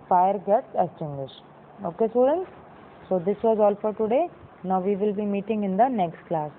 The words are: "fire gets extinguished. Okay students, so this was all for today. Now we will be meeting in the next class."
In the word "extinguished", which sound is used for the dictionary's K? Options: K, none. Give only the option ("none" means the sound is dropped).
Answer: none